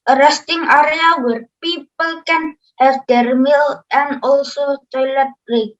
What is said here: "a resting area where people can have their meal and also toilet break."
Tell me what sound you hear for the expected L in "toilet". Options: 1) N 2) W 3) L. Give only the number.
3